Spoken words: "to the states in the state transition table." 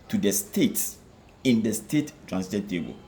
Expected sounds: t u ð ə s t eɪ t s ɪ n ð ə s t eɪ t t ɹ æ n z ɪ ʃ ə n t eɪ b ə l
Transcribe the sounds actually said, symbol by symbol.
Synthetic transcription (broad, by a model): t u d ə s t eɪ t s ɪ n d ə s t eɪ t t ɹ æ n s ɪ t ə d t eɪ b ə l